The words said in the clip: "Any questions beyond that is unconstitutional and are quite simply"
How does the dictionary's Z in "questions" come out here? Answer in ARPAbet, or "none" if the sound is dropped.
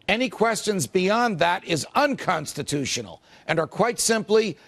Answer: Z